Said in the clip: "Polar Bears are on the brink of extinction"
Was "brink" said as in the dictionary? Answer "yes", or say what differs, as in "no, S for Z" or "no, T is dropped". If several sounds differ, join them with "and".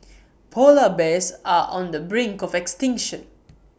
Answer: yes